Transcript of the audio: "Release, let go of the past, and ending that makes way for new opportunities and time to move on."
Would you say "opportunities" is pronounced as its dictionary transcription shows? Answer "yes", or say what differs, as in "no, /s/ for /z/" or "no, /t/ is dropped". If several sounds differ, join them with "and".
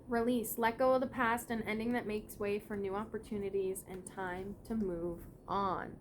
yes